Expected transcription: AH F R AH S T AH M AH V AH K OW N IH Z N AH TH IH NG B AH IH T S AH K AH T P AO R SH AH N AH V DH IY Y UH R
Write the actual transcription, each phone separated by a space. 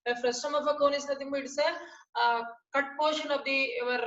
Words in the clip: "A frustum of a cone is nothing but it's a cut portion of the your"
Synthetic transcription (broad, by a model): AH F R AH S T AH M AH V AH K OW N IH S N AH T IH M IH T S AH K AH T P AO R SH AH N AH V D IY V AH R